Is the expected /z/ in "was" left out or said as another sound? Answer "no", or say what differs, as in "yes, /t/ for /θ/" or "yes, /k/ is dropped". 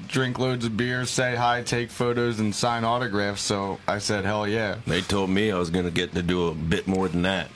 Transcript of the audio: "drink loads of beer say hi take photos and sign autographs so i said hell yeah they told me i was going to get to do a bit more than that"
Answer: no